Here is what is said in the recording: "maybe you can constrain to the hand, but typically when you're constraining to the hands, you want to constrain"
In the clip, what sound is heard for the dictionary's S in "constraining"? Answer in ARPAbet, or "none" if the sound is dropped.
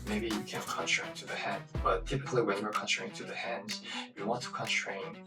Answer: none